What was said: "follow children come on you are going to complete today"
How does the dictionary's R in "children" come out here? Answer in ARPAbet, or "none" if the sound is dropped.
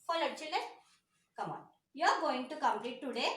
none